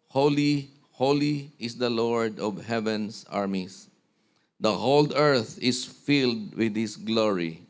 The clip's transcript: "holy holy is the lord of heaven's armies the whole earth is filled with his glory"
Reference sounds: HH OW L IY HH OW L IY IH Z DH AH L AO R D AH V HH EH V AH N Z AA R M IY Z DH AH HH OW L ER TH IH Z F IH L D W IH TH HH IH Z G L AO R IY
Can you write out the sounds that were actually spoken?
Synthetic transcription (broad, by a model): HH OW L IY HH OW L IY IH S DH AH L AO R D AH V HH EH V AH N S AA R M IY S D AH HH OW L ER TH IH S F IH L D W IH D HH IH S G L AO R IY